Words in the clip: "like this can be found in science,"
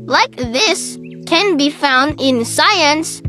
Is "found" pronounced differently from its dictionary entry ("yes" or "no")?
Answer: no